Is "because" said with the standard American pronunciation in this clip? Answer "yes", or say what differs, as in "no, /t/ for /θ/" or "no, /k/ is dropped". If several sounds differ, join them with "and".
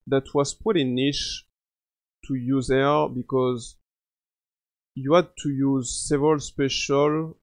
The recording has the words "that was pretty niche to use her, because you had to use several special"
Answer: yes